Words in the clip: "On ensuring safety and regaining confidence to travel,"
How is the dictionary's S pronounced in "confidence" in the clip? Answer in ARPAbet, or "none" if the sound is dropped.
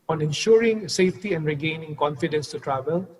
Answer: S